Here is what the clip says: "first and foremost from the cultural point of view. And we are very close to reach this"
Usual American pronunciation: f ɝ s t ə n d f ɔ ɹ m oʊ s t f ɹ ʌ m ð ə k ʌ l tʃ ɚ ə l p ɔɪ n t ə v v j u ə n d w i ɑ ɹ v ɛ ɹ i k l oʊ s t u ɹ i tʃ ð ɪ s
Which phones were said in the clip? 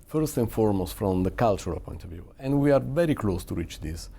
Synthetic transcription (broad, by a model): f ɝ s t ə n f ɔ ɹ m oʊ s f ɹ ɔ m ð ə k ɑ l tʃ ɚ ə l p ɔɪ n t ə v v j u ə n d w i ɑ ɹ v ɛ ɹ i k l oʊ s t u ɹ i tʃ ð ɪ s